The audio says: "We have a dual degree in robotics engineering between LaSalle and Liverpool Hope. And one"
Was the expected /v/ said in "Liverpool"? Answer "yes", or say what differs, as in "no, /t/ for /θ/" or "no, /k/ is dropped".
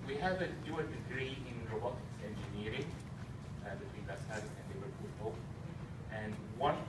no, /w/ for /v/